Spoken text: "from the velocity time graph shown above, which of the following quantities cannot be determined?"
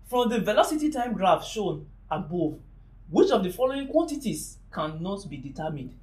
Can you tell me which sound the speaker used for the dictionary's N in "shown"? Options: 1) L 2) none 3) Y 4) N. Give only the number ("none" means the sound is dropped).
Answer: 4